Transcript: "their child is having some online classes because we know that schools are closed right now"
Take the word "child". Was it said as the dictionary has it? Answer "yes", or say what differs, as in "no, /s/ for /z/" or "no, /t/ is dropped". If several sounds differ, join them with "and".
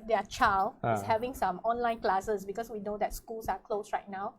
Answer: no, /d/ is dropped